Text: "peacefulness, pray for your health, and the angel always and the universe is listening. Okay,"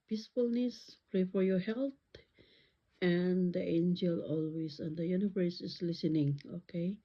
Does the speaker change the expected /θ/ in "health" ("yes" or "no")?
yes